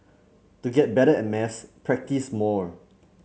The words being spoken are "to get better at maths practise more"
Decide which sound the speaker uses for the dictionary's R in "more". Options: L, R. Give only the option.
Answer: R